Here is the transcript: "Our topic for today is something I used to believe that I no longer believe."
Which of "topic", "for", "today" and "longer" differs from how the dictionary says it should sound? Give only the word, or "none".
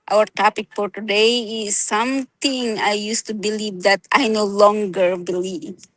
none